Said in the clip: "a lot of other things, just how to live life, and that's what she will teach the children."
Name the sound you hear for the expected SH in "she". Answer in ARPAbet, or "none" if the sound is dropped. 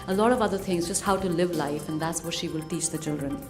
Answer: SH